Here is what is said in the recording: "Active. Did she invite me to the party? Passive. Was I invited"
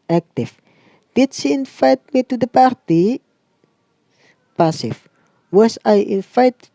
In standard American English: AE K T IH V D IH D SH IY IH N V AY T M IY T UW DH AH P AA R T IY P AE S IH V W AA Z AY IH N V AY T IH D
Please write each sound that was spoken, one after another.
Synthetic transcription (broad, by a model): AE K T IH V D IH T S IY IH N F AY T M IY T UW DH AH P AA R T IY P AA S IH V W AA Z AY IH N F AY T